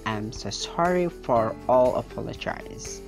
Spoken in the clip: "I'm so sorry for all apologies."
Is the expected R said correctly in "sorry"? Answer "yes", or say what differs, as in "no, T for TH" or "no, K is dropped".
yes